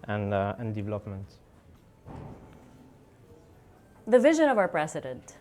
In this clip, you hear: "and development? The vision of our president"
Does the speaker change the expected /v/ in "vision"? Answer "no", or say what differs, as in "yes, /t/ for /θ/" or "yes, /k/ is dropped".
no